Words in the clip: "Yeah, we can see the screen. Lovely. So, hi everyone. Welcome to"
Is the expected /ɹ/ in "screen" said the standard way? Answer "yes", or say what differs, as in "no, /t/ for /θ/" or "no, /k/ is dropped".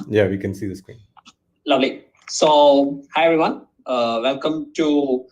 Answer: no, /w/ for /ɹ/